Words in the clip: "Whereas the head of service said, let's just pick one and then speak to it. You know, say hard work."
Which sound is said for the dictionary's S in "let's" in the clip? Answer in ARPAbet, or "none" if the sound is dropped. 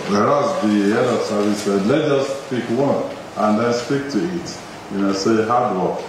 none